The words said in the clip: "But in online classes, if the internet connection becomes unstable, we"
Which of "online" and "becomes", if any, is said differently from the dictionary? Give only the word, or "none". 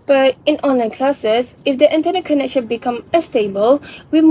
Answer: becomes